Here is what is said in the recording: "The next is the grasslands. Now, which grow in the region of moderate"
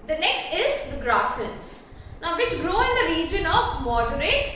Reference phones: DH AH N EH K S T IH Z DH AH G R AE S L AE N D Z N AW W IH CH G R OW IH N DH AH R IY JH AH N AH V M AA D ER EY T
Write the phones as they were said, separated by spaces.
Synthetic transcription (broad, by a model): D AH N EH K S T IH Z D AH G R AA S AH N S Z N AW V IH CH G R OW IH N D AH R IY JH AH N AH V M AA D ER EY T